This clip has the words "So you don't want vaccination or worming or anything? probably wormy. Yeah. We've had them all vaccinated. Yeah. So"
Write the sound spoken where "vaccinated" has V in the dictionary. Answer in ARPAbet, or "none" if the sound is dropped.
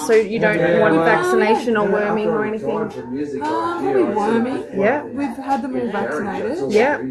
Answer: V